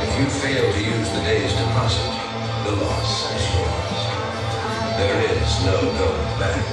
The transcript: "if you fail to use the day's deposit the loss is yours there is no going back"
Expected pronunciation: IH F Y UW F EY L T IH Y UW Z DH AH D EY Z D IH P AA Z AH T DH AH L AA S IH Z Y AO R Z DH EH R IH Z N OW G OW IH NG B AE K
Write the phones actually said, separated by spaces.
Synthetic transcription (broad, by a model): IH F Y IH F EY L T IH Y UW Z DH AH D EY Z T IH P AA S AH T DH AH L AA S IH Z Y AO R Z DH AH R IH Z N OW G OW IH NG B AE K